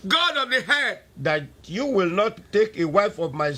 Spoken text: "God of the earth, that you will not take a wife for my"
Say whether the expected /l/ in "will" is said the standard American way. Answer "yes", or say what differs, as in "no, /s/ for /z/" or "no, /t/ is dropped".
yes